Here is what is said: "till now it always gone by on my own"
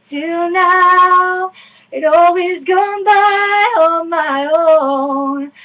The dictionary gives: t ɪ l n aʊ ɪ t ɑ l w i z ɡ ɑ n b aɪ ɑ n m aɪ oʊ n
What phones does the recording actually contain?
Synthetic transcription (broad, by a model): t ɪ n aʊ ɪ t ɑ l w i z ɡ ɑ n b aɪ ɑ m aɪ oʊ n